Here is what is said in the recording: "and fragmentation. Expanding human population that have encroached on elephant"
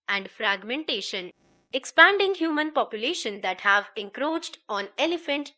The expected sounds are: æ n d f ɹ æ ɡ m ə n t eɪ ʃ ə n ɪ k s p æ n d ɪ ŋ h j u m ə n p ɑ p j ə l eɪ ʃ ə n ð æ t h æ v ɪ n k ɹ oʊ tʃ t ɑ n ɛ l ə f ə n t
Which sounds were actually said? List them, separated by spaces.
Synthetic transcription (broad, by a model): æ n d f ɹ æ ɡ m ə n t eɪ ʃ ə n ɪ k s p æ n d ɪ ŋ h j u m ə n p ɑ p j ə l eɪ ʃ ə n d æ t h æ v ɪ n k ɹ oʊ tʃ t ɑ n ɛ l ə f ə n t